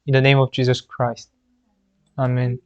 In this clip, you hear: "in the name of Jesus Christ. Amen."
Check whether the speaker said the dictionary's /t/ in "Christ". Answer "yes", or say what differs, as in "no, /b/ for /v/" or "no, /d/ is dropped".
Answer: yes